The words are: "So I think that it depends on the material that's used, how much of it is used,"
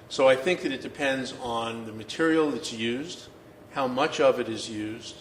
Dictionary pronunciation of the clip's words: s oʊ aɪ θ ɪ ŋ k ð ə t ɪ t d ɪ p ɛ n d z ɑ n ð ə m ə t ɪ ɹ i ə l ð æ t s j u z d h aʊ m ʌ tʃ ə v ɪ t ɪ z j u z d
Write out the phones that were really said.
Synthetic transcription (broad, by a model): s oʊ aɪ θ ɪ ŋ k ð ə t ɪ t d ɪ p ɛ n d z n ð ə m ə t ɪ ɹ i l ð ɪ t s j u z d h aʊ m ʌ tʃ ə v ɪ t ɪ z j u z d